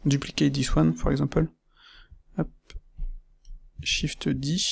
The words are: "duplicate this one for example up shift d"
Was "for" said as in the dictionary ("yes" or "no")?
no